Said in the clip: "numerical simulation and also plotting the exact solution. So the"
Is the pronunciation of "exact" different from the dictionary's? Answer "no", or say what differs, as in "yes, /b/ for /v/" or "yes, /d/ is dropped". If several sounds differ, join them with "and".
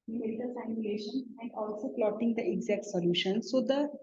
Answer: no